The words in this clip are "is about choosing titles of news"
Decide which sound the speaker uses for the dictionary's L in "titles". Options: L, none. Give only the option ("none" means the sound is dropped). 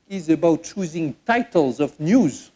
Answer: L